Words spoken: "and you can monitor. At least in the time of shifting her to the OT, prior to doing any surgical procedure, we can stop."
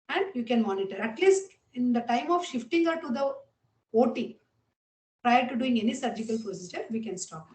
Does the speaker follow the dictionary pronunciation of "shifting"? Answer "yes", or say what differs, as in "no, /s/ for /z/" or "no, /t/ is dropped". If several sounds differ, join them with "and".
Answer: yes